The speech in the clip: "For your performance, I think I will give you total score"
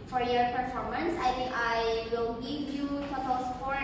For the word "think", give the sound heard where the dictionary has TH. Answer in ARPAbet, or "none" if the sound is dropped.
T